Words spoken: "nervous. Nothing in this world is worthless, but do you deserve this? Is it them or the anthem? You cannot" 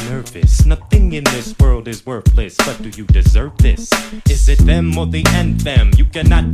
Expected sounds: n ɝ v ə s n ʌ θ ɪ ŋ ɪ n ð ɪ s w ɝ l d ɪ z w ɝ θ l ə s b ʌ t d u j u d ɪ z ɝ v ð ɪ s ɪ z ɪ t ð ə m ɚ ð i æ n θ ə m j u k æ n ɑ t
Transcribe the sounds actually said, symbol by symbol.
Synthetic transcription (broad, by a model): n ɝ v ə s n ʌ θ ɪ ŋ ɪ n ð ɪ s w ɝ l d ɪ z w ɝ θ l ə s b ʌ t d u j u d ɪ z ɝ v ð ɪ s ɪ z ɪ t ð ə m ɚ ð i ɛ n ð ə m j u k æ n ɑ t